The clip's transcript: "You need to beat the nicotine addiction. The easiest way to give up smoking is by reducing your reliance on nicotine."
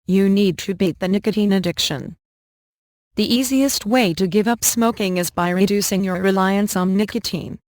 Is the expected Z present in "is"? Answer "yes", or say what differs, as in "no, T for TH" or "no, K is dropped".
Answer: yes